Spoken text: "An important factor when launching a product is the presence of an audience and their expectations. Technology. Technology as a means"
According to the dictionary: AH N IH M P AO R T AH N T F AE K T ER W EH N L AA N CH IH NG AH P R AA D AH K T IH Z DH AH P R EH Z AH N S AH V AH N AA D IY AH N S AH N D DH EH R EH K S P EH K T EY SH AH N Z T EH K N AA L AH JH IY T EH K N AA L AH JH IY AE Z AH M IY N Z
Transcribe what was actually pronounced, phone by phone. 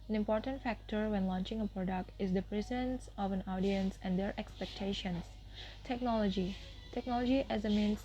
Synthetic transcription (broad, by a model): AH N IH M P AO R T AH N T F AE K T ER W EH N L AA N CH IH NG AH P R AA D AH K T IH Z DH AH P R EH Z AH N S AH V AH N AA D IY AH N S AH N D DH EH R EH K S P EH K T EY SH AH N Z T EH K N AA L AH JH IY T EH K N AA L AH JH IY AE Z AH M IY N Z